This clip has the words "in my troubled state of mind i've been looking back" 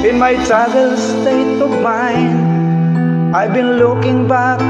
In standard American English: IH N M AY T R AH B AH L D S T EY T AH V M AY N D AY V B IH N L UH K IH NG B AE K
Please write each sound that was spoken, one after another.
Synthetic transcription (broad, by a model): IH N M AY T AA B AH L S T EY T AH P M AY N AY B IH N L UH K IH NG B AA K